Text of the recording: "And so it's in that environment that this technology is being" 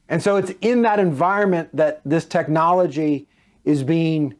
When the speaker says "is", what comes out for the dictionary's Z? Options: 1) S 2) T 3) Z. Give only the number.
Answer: 3